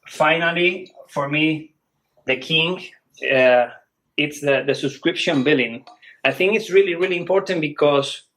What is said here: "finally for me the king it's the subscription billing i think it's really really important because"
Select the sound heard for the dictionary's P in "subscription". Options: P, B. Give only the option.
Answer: P